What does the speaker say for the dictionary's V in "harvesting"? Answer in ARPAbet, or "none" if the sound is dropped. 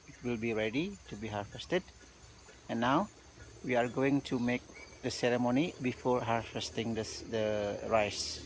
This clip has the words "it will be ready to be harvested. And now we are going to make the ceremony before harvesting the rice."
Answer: F